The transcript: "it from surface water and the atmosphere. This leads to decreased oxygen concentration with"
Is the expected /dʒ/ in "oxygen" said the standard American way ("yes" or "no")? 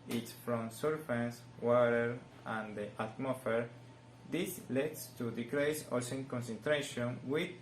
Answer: no